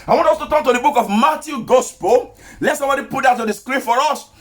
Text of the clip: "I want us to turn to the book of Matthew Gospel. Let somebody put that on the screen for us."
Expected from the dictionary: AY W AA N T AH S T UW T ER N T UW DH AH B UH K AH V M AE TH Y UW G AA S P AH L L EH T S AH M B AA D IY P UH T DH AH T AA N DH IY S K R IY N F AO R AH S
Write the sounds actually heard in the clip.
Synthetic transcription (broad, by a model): AY W AA N T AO S T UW T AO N T UW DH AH B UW K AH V M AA T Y UW G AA S P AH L L EH T S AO M B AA D IY P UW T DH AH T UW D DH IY S K R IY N F AO R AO S